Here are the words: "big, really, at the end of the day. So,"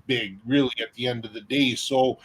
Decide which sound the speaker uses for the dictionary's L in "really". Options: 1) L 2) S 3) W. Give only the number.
1